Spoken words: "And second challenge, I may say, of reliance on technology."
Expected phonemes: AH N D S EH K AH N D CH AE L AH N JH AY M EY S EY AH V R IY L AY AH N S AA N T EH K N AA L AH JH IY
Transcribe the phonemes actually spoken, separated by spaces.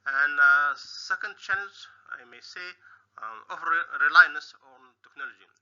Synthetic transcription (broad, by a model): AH N D S EH K AH N D CH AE N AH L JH AY M EY S EY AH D R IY L AY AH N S AA N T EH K N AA L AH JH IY